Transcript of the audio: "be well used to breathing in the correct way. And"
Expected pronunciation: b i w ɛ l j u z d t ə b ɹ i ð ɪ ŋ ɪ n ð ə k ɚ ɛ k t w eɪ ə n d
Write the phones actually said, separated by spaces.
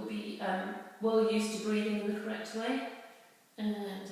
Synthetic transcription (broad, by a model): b i w ɛ l j u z t ə b ɹ i ð ɪ ŋ ɪ n ð ə k ɚ ɛ k t w eɪ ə n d